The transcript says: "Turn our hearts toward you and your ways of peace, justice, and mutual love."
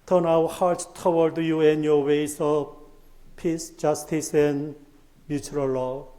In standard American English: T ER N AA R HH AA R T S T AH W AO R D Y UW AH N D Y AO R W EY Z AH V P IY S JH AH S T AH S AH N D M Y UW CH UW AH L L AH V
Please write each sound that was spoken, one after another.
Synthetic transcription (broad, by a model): T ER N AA W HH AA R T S T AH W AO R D Y UW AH N Y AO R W EY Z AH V P IY S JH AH S T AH S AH N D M Y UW CH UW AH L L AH